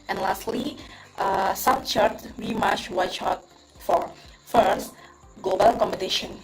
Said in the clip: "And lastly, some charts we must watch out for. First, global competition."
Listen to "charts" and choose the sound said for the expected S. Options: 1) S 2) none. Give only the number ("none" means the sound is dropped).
2